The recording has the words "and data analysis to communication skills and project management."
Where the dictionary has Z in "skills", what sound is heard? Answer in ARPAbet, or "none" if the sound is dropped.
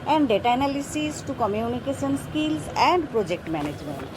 S